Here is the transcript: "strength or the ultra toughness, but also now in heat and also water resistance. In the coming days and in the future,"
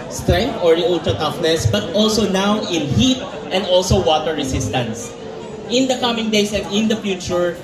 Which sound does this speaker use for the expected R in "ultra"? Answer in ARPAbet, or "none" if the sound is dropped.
none